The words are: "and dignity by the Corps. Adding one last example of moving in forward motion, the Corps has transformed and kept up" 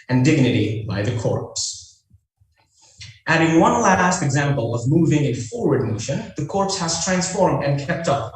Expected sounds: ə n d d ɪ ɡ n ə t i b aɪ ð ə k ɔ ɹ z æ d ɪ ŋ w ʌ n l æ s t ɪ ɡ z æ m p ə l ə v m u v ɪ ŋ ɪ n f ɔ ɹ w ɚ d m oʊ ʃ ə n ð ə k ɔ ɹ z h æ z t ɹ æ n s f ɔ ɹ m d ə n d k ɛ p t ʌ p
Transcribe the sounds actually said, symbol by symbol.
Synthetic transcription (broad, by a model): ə n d d ɪ ɡ n ə t i b aɪ ð ə k ɔ ɹ s æ d ɪ ŋ w ʌ n l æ s t ɪ ɡ z æ m p ə l ə v m u v ɪ ŋ ɪ n f ɔ ɹ w ɚ d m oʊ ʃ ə n ð ə k ɔ ɹ s h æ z t ɹ æ n s f ɔ ɹ m d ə n k ɛ p t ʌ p